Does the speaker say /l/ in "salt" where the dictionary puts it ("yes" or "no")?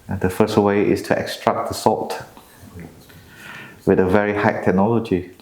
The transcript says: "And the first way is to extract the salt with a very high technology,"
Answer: no